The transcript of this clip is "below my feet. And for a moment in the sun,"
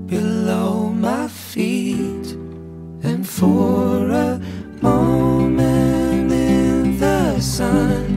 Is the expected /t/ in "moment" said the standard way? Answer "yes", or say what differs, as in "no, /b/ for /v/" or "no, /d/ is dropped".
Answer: no, /t/ is dropped